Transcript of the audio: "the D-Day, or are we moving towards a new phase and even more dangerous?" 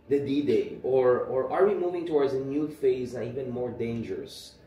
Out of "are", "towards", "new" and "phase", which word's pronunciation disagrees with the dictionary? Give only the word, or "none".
none